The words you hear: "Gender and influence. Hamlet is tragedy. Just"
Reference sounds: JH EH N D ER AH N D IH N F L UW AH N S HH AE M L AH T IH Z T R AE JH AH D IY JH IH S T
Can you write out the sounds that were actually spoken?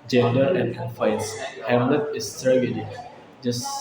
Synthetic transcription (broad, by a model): JH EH N D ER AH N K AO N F UW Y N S HH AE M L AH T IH S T R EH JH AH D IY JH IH S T